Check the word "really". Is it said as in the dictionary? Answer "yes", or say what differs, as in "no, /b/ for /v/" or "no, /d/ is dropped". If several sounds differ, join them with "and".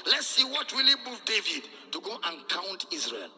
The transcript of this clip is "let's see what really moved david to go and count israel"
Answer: no, /w/ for /ɹ/